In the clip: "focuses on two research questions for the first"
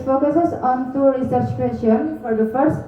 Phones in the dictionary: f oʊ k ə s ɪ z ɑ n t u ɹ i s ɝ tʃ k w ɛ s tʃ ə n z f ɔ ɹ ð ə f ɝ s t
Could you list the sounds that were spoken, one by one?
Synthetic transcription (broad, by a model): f oʊ k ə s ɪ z ɑ n t u ɹ i s ɝ tʃ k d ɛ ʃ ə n f ɔ ɹ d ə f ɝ s t